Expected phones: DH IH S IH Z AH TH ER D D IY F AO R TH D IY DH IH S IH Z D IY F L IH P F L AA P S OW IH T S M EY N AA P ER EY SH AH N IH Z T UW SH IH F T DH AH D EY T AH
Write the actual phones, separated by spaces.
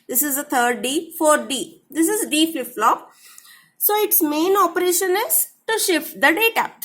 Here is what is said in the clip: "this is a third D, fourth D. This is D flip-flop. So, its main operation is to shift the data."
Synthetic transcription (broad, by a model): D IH S IH Z AH T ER D D IY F AO R D IY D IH S IH Z D IY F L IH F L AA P S OW IH T S M EY N AA P ER EY SH AH N IH Z T UW SH IH F T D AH D EY T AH